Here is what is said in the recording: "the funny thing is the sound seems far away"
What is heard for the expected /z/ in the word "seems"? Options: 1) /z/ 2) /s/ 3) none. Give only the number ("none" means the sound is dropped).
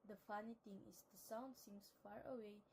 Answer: 2